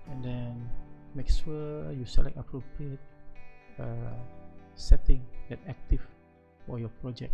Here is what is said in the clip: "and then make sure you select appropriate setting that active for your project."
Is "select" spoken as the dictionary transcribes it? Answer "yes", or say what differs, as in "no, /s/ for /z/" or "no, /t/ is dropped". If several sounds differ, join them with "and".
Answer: no, /t/ is dropped